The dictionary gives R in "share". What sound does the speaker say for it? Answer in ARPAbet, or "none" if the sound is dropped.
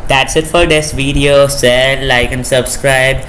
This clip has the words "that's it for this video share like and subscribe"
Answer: L